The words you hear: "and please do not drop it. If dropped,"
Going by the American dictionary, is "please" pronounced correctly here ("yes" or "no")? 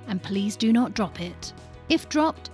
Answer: yes